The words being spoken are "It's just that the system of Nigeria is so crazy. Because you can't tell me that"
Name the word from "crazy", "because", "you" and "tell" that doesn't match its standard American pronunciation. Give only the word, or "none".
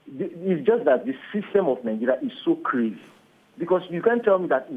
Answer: because